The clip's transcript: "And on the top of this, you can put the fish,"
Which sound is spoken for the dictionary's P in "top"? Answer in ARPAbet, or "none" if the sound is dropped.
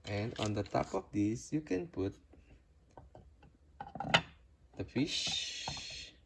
P